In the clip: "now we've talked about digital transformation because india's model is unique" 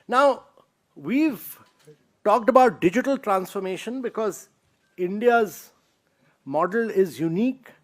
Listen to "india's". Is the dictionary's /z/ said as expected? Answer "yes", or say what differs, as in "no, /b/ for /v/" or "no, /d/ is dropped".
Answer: yes